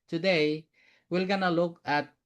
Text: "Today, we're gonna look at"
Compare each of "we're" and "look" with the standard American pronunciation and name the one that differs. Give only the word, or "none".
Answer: we're